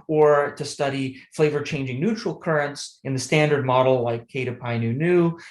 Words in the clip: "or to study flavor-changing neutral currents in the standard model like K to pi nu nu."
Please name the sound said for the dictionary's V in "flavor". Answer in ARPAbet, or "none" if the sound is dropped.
V